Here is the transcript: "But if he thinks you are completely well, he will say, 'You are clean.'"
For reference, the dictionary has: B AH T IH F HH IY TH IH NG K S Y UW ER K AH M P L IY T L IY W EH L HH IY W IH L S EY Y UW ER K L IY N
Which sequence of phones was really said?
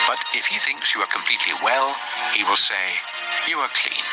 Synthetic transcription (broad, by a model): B AH T IH F HH IY TH IH NG K S Y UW ER K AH M P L IY T L IY W EH L HH IY W IH L S EY Y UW ER K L IY N